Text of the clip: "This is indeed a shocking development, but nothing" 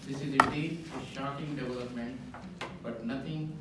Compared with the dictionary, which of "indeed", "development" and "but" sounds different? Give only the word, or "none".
indeed